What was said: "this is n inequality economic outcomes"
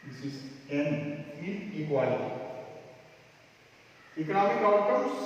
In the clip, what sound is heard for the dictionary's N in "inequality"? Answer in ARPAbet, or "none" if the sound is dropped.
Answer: none